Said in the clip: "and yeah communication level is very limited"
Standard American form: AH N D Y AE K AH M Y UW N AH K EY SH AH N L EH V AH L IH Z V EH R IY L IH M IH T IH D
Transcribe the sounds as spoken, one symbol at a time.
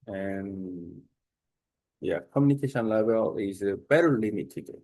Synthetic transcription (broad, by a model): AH N Y AE K AH M Y UW N AH K EY SH AH N L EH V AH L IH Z B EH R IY L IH M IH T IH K